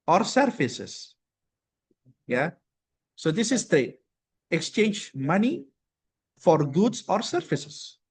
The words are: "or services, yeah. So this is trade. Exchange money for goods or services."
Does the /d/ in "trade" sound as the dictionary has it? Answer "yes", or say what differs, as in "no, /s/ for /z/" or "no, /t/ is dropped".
no, /d/ is dropped